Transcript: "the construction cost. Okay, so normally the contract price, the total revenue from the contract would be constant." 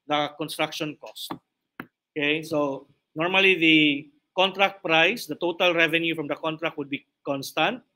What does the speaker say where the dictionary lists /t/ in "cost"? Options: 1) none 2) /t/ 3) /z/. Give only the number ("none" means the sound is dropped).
2